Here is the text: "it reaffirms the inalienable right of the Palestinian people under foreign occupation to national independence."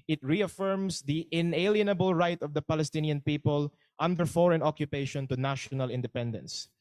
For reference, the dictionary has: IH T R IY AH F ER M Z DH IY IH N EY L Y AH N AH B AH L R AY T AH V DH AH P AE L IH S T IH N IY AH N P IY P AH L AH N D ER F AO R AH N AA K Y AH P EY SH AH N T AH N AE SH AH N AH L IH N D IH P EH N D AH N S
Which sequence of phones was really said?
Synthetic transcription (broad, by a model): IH T R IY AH F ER M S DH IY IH N EY L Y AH N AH B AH L R AY T AH V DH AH P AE L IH S T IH N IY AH N P IY P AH L AH N D ER F AO R AH N AA K Y AH P EY SH AH N T AH N AE SH AH N AH L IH N D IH P EH N D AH N S